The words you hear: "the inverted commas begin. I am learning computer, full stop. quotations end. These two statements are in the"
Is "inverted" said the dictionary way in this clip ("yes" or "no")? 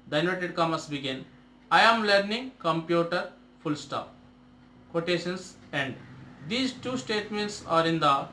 no